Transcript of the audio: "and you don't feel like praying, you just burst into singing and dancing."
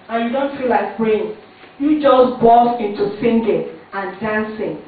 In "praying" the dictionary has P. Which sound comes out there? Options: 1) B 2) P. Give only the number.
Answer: 1